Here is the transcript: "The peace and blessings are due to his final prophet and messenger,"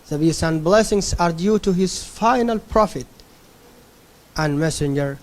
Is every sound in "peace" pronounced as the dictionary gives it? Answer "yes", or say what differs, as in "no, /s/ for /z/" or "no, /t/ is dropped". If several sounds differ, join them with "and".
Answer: no, /b/ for /p/